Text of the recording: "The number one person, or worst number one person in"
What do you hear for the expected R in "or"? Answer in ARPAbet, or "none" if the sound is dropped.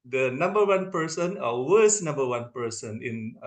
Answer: L